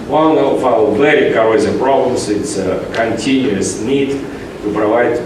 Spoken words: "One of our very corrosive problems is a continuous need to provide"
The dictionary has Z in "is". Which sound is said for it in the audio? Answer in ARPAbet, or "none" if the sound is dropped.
S